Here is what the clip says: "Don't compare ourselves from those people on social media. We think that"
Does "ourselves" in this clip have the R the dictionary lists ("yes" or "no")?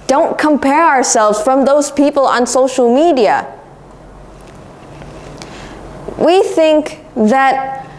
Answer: yes